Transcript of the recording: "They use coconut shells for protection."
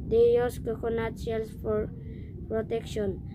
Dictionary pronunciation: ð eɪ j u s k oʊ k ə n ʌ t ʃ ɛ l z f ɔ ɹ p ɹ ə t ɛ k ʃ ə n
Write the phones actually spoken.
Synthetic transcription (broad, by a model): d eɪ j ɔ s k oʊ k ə n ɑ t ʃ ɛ l s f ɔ ɹ p ɹ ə t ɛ k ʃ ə n